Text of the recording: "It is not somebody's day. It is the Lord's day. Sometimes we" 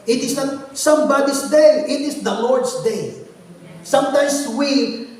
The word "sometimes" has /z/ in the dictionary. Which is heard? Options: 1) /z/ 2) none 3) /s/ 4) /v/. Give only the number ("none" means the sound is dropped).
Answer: 3